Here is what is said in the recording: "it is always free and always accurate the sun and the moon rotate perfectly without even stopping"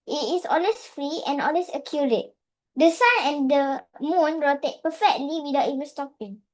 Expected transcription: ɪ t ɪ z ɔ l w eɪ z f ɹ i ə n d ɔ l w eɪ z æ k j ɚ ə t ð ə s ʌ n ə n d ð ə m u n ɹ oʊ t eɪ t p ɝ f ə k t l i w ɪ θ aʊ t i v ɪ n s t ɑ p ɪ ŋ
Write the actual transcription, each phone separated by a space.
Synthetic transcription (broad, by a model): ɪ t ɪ s ɔ l w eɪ s f ɹ i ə n ɔ l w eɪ s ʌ k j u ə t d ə s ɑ n ə n d ə m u n ɹ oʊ t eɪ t p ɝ f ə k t l i w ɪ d aʊ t i v ɪ n s t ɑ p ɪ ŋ